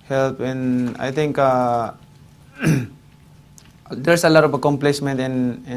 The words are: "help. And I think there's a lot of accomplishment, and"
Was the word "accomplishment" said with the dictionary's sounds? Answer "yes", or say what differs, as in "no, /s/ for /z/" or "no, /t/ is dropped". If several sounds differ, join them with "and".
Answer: no, /s/ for /ʃ/